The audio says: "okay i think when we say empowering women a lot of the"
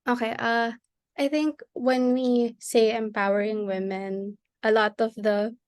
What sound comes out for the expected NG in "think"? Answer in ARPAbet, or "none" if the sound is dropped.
NG